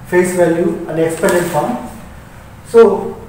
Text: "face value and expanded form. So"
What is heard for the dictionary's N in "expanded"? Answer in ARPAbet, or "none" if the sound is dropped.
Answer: none